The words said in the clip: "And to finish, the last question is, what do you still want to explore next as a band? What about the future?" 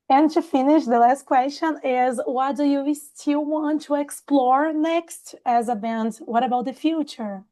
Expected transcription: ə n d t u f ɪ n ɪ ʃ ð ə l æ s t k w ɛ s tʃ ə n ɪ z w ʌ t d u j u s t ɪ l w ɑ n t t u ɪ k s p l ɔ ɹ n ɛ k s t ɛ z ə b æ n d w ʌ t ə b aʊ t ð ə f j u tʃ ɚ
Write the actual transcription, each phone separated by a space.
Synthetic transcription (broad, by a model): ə n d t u f ɪ n ɪ ʃ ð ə l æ s t k w ɛ s tʃ ə n ɪ z w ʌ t d u j u s t ɪ l w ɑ n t t u ɪ k s p l ɔ ɹ n ɛ k s t ɛ z ə b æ n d w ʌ t ə b aʊ t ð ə f j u tʃ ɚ